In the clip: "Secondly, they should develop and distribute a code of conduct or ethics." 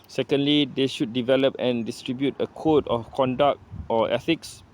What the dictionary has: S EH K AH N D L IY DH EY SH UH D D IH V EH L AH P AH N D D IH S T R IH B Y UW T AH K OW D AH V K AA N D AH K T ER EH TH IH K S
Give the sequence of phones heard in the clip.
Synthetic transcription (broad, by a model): S EH K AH N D L IY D EY SH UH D D IH V EH L AH P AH N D D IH S T R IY B Y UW T AH K OW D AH F K AA N D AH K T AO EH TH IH K S